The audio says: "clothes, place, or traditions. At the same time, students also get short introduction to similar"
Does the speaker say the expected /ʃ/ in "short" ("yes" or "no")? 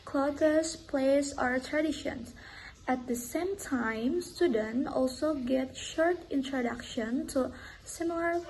yes